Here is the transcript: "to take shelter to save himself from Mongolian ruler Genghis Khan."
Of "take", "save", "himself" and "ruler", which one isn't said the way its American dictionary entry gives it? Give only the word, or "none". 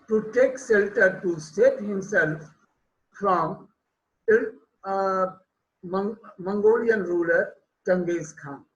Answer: save